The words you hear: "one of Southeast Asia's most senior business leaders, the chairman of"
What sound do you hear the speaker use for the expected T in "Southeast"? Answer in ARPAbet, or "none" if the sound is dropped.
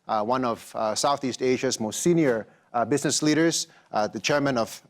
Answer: T